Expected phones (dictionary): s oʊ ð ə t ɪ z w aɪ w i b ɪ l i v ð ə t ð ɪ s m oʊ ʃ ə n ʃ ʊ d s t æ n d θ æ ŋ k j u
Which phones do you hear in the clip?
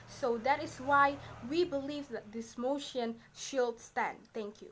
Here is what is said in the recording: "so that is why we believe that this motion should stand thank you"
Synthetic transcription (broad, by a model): s oʊ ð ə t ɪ s w aɪ w i b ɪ l i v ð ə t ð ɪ s m oʊ ʃ ə n ʃ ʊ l s t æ n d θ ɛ ŋ k j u